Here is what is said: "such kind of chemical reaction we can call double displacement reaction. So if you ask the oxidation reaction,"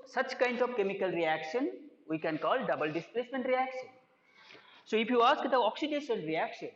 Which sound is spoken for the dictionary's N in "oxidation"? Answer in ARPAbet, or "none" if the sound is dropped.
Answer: L